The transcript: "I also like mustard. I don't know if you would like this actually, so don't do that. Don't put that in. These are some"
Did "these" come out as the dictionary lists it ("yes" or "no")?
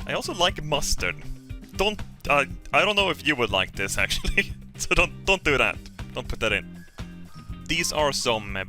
yes